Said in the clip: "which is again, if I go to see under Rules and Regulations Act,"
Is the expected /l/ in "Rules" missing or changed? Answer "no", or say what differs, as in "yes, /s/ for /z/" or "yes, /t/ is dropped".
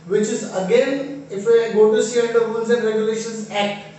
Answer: yes, /n/ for /l/